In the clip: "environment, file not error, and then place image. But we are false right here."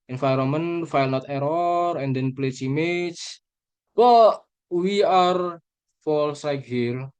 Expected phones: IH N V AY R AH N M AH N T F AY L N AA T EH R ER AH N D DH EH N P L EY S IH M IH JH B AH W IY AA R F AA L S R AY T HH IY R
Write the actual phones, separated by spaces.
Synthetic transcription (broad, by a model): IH N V AY R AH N M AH N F AY L N AA T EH R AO AH N D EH N P L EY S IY M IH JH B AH W IY AA R F AA L S L AY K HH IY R